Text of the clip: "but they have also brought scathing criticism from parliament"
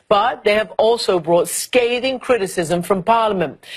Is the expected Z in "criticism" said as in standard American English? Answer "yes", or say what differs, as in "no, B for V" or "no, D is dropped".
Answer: yes